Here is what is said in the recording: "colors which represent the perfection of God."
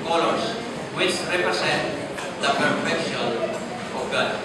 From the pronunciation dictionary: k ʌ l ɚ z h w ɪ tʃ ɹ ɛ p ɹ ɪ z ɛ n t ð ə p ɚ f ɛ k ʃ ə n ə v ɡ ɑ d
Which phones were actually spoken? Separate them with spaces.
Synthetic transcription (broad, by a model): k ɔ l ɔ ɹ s w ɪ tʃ ɹ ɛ p ɹ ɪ s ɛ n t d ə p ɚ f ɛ k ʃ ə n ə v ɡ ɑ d